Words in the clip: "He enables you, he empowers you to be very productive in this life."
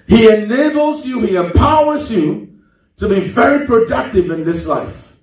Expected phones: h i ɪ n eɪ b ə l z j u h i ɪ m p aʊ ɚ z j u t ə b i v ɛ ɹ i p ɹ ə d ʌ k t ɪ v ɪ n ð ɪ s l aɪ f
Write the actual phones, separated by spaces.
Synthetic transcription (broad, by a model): h i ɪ n eɪ b l z j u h i ɪ m p aʊ ɚ z j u t ə b i v ɛ ɹ i p ɹ ə d ʌ k t ɪ v ɪ n ð ɪ s l aɪ f